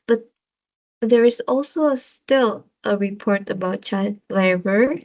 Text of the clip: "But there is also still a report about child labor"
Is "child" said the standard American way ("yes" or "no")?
no